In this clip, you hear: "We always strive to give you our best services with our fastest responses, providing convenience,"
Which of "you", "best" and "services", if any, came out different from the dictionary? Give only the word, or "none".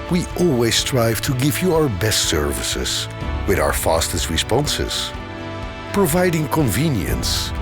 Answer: none